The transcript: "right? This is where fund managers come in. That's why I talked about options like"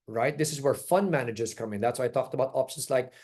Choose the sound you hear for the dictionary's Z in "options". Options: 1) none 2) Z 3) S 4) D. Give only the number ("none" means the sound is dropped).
3